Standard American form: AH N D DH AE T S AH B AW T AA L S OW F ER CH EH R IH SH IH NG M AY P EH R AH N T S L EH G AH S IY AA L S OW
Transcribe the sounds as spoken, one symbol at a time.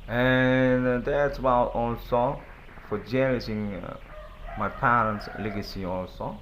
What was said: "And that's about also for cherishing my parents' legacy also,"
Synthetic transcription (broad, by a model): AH N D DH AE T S AH B AW T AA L S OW F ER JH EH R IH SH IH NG M AY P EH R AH N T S L EH G AH S IY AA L S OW